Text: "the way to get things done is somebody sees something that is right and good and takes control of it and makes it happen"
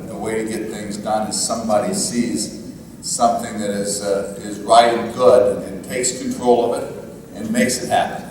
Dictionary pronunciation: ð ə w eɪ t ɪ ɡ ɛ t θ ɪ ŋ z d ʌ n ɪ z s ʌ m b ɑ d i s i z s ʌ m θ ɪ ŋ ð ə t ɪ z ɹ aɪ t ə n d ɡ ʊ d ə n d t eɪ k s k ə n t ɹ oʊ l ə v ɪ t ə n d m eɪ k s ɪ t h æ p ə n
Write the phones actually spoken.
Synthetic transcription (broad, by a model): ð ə w eɪ t ɪ ɡ ɛ t θ ɪ ŋ z d ʌ n ɪ z s ʌ m b ɑ d i s i z s ʌ m θ ɪ ŋ ð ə t ɪ z ɹ aɪ t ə n ɡ ʊ d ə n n t eɪ k s k n t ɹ oʊ l ə v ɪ t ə n m eɪ k s ɪ t h æ p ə n